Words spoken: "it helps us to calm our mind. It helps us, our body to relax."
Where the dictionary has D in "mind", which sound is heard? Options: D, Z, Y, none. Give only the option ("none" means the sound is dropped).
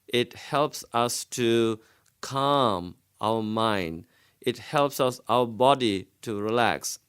D